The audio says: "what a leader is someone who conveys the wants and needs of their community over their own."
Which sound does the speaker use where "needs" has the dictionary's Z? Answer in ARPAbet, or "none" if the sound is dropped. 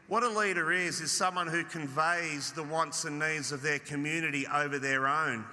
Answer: Z